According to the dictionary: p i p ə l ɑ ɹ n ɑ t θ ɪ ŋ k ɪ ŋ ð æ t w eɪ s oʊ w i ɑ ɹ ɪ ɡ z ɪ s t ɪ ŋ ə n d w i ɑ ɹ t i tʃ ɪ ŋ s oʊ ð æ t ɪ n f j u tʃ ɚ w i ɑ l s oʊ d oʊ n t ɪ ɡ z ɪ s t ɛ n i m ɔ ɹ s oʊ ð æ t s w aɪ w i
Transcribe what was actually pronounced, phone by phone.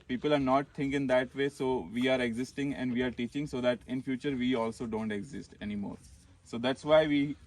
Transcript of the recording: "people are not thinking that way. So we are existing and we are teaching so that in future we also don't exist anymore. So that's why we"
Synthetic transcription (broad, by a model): p i p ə l ɑ ɹ n ɑ t t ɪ ŋ k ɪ ŋ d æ t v eɪ s oʊ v i ɑ ɹ ɪ ɡ z ɪ s t ɪ ŋ ə n d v i ɑ ɹ t i tʃ ɪ ŋ s oʊ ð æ t ɪ n f j u tʃ ɚ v i ɑ l s oʊ d oʊ n t ɪ ɡ z ɪ s t ɛ n i m ɔ ɹ s oʊ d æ t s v aɪ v i